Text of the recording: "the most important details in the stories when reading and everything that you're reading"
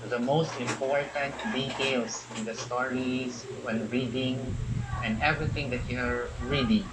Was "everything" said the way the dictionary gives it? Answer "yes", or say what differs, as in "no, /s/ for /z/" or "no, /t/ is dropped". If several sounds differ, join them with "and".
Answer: no, /t/ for /θ/